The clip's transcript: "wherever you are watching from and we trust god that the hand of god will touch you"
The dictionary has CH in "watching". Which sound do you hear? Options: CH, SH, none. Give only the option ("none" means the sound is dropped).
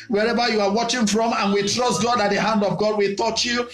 CH